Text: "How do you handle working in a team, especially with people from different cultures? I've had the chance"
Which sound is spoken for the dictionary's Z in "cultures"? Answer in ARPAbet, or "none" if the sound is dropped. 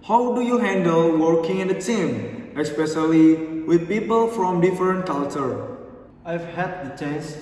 none